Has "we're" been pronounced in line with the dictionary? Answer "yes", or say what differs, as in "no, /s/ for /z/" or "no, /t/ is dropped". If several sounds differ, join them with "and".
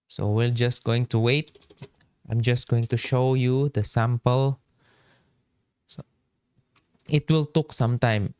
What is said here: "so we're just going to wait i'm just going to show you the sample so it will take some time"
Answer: no, /l/ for /ɹ/